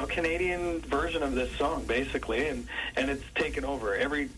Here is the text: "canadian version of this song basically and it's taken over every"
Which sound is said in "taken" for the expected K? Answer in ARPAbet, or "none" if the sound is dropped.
K